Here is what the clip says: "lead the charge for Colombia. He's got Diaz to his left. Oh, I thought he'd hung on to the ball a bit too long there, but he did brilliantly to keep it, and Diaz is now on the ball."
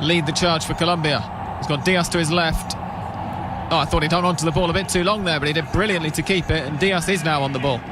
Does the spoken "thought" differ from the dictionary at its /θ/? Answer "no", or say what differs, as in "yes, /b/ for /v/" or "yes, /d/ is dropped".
no